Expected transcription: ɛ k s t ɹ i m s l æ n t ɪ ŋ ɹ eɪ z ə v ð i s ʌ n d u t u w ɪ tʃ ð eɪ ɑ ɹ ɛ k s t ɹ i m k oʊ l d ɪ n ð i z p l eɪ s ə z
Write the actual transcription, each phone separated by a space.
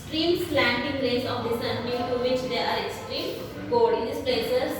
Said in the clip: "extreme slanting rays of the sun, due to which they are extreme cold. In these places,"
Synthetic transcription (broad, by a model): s t ɹ i m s l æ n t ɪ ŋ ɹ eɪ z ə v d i s ʌ n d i t u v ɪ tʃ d eɪ ɑ ɹ ɛ k s t ɹ i m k oʊ d ɪ n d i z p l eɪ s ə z